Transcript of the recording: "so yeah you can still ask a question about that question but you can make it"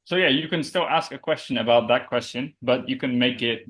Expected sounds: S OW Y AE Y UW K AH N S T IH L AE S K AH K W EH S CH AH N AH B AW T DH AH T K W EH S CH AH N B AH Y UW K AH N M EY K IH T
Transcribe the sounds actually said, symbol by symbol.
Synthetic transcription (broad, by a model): S OW Y AE Y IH K AH N S T IH L AE S K AH K W EH S CH AH N AH B AW T DH AH T K W EH S CH AH N B AH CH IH K AH N M EY K IH T